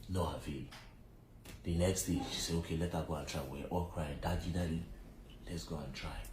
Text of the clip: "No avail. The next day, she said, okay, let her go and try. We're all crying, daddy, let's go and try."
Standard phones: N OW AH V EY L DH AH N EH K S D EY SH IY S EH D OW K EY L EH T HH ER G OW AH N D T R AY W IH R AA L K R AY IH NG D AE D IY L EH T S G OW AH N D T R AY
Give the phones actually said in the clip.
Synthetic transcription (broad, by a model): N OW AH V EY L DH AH N EH K S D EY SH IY S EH OW K EY L EH T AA G OW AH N T R AY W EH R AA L K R AY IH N D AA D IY L EH T S G OW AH N T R AY